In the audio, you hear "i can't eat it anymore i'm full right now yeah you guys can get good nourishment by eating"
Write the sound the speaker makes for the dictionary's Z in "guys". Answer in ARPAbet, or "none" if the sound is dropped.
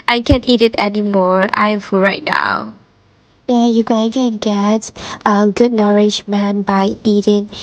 none